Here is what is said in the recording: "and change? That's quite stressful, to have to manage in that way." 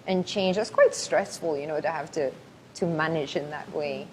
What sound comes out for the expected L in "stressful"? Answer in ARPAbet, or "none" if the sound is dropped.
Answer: N